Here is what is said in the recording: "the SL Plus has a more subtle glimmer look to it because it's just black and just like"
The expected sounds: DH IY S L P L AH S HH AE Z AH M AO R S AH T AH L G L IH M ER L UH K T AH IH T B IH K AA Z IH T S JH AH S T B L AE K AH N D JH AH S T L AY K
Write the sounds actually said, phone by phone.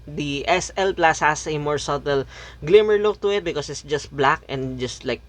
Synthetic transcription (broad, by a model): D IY S L P L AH S HH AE S AH M AO R S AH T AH L G L IH M ER L UH K T AH IH T B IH K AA S IH T S JH AH S T B L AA K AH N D JH AH S T L AY K